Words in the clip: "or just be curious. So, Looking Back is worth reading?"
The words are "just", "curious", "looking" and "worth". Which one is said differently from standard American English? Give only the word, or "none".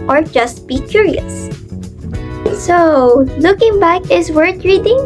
worth